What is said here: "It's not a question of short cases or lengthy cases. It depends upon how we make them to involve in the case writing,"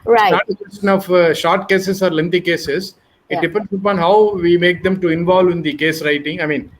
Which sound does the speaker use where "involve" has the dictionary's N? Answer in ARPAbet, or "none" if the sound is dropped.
N